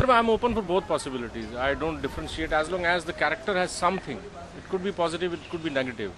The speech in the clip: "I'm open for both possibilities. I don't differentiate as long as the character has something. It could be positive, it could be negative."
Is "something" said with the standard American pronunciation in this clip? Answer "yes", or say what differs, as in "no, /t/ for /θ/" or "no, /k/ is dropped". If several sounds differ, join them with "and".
no, /t/ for /θ/